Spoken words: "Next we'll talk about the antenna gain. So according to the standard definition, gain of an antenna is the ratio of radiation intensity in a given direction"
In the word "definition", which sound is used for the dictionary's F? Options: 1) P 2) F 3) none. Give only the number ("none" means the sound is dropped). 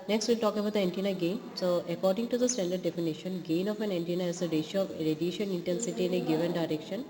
2